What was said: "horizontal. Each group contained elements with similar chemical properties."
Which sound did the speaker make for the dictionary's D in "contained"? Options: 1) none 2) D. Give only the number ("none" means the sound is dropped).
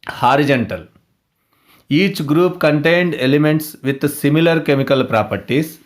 2